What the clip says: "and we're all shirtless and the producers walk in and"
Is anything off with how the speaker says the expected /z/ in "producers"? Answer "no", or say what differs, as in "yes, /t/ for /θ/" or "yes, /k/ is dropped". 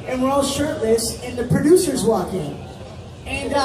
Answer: no